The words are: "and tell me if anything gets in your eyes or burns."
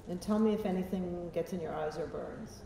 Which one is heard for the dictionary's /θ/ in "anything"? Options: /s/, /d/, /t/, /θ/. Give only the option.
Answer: /θ/